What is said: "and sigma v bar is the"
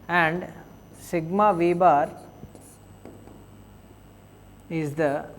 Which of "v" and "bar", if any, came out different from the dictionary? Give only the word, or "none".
none